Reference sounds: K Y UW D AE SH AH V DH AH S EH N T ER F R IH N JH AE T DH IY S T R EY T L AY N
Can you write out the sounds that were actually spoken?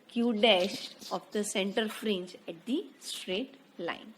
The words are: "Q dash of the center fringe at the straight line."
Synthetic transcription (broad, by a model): K Y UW D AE SH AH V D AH S EH N T ER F R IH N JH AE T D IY S T R EY T L AY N